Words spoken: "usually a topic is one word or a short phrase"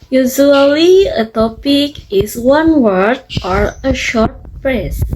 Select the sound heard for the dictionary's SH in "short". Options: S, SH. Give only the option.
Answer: SH